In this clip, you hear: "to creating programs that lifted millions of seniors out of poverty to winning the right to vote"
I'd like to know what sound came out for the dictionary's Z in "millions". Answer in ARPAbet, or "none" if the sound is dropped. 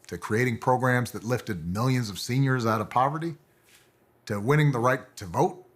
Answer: Z